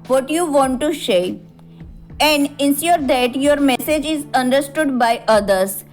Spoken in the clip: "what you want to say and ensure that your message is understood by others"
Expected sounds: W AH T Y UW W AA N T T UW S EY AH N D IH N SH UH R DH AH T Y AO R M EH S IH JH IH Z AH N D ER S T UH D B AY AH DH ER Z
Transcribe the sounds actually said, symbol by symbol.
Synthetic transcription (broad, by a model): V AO T Y UW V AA N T T UW SH EY AH N D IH N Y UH R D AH T Y AO R M EH S IH JH IH Z AH N D ER S T UH D B AY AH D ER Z